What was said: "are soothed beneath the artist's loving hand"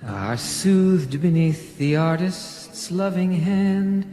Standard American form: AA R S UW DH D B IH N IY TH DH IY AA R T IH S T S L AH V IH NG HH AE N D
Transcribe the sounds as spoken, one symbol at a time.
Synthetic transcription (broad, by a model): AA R S UW DH D B IH N IY TH DH IY AA R T IH S T S L AH V IH NG HH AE N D